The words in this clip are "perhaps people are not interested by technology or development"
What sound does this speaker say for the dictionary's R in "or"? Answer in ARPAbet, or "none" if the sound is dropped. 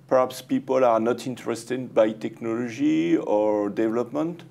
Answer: R